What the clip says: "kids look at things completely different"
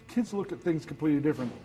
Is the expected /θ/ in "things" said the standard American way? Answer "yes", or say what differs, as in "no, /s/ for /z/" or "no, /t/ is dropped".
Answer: yes